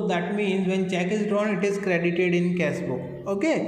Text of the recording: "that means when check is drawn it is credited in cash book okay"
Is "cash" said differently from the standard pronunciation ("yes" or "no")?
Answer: yes